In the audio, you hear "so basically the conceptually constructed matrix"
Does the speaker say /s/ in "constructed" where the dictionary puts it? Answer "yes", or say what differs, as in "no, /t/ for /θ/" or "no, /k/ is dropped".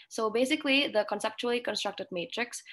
yes